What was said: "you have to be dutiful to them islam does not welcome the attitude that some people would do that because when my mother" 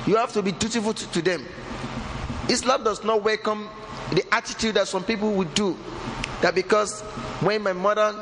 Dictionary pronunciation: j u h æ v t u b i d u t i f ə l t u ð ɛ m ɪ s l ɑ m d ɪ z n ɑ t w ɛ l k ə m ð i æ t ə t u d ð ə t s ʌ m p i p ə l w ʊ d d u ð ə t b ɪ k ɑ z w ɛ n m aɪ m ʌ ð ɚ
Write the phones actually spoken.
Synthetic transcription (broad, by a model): j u h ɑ f t u b i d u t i f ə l t u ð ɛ m ɪ s l ɑ m d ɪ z n ɑ t w ɛ l k ə m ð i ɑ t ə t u d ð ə t s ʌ m p i p ə l w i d d u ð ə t b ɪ k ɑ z w ɛ n m aɪ m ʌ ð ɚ